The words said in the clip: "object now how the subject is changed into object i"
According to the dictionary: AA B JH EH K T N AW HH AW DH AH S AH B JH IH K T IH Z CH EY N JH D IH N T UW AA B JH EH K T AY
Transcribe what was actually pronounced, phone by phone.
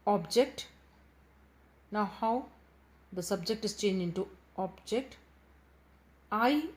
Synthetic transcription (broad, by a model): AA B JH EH K T N AW HH AW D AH S AH B JH IH K T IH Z CH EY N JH IH N T UW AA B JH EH K T AY